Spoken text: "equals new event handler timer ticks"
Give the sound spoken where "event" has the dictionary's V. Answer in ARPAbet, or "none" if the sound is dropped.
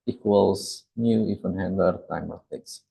F